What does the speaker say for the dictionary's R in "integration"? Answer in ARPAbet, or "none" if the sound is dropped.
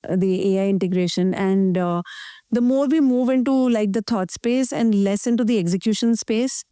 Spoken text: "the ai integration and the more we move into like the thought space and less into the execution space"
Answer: R